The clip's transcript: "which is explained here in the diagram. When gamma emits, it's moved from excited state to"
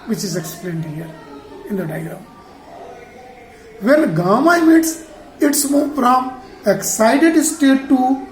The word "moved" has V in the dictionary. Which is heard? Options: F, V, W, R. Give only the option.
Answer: F